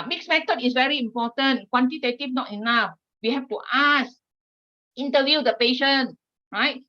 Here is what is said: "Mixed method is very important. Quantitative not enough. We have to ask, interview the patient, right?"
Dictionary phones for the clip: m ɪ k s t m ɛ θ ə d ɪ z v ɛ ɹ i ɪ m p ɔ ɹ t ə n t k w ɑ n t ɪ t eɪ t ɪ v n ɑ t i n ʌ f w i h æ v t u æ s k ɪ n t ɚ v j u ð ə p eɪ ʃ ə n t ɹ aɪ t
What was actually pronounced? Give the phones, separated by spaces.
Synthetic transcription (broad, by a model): m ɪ k s m ɛ t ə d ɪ s v ɛ ɹ i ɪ m p ɔ t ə n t k w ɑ n t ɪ t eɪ t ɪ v n ɑ t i n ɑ f w i h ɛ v t u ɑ s ɪ n t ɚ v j u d ə p eɪ ʃ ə n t ɹ aɪ t